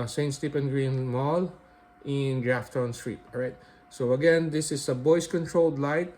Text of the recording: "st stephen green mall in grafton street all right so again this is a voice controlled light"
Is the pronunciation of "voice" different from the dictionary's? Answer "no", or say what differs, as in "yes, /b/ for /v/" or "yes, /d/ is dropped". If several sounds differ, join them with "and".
yes, /b/ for /v/